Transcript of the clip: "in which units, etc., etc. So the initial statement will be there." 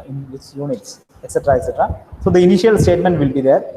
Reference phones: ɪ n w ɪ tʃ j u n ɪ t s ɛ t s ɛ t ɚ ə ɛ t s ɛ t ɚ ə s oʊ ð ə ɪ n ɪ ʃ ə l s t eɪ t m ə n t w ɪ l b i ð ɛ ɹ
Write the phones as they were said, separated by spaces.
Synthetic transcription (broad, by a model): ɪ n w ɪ s j u n ɪ t s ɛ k s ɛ t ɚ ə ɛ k s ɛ t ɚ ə s oʊ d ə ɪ n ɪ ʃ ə l s t eɪ t m ə n t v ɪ l b i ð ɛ ɹ